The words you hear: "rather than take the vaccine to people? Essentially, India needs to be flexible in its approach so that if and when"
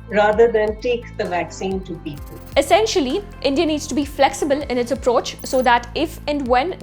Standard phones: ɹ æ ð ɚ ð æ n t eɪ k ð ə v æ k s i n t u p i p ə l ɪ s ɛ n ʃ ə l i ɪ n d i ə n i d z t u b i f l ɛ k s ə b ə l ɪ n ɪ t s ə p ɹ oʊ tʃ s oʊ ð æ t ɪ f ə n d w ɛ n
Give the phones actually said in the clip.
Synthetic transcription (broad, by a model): ɹ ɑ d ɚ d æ n t eɪ k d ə v æ k s i n t u p i p ə l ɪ s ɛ n ʃ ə l i ɪ n d i ə n i d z t u b i f l ɛ k s ə b ə l ɪ n ɪ t s ə p ɹ oʊ tʃ s oʊ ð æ t ɪ f ə n d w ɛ n